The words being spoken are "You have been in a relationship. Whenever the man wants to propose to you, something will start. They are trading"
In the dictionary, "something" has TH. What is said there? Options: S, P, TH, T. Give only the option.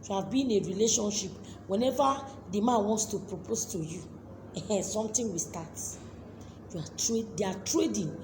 T